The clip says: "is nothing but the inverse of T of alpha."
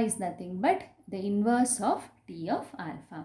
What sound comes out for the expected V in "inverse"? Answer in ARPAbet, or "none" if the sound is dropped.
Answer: V